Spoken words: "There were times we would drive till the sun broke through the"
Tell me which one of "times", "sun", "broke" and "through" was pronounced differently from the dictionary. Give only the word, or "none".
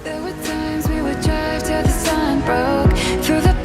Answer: none